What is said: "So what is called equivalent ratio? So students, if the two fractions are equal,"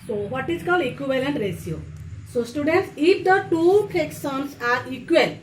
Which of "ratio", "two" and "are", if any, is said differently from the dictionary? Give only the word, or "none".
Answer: ratio